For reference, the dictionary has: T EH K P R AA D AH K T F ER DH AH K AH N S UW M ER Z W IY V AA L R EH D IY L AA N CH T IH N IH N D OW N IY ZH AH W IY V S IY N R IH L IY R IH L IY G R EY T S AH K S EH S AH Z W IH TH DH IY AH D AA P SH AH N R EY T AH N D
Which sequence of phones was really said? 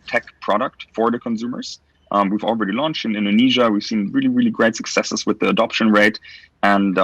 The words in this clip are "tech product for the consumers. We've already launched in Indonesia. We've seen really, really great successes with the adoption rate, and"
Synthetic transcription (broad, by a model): T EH K P R AA D AH K T F ER DH AH K AH N S UW M ER Z W IY V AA L R EH D IY L AA N CH T IH N IH N D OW N IY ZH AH W IY V S IY N R IH L IY R IH L IY G R EY T S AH K S EH S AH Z W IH DH IY AH D AA P SH AH N R EY T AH N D